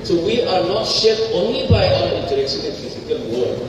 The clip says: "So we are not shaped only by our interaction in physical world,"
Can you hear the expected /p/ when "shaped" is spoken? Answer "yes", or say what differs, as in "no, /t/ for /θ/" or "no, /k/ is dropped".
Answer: no, /p/ is dropped